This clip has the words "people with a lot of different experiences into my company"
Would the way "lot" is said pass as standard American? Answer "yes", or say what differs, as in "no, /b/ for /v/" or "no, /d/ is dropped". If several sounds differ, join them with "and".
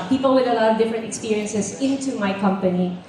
no, /t/ is dropped